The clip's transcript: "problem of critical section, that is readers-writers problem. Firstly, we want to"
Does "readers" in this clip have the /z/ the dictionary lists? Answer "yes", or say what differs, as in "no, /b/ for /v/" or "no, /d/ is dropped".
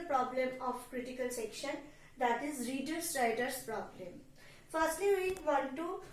no, /s/ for /z/